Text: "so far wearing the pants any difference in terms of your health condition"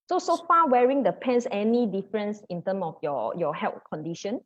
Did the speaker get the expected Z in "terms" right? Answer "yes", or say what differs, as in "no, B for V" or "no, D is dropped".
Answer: no, Z is dropped